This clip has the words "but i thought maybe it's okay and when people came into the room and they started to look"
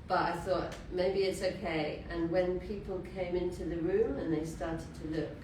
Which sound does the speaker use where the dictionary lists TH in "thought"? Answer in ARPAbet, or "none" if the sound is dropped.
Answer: TH